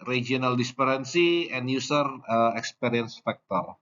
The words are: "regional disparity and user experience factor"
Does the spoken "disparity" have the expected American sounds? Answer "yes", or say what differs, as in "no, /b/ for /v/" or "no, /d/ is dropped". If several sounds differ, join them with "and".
no, /s/ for /t/